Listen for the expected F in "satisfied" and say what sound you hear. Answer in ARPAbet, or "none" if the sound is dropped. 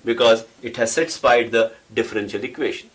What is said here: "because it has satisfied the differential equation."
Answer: P